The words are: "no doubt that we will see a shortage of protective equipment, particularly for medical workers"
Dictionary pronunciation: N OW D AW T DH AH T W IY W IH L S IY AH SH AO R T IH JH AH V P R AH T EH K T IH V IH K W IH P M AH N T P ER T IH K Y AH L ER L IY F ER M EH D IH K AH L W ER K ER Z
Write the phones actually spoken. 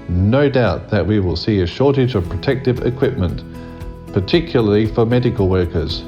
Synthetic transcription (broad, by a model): N OW D AW T DH AH T W IY W IH L S IY AH SH AO R T IH JH AH V P R AH T EH K T IH V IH K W IH P M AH N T P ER T IH K Y L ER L IY F ER M EH D IH K AH L W ER K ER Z